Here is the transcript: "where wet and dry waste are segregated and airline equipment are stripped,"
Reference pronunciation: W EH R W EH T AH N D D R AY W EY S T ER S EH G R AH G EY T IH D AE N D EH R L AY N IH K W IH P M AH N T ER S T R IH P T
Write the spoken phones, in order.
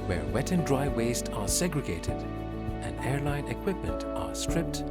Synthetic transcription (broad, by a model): W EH R W EH T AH N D D R AY W EY S T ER S EH G R AH G EY T IH D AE N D EH R L AY N IH K W IH P M AH N T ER S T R IH P T